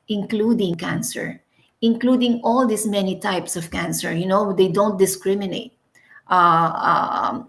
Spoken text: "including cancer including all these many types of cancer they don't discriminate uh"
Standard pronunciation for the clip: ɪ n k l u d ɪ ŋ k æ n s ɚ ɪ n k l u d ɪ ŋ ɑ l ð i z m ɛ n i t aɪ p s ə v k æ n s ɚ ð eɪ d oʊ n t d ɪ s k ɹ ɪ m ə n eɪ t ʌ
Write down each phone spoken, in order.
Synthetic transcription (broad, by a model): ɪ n k l u d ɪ ŋ k æ n s ɚ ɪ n k l u d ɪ ŋ ɑ l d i s m ɛ n i t aɪ p s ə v k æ n s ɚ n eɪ d oʊ n t d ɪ s k ɹ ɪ m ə n eɪ t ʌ